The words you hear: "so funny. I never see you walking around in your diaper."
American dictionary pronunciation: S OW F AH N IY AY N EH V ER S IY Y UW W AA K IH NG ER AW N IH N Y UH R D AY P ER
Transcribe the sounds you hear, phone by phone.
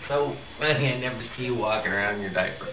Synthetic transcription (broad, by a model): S OW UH IY AY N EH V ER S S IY W AA K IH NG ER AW IH N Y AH R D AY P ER